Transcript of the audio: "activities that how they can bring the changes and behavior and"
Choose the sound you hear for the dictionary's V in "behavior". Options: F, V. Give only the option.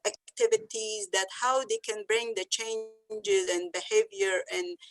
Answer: V